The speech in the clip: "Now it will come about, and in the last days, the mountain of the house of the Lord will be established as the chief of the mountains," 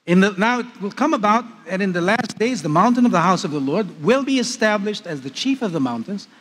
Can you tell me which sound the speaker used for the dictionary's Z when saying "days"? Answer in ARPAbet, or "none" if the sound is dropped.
Z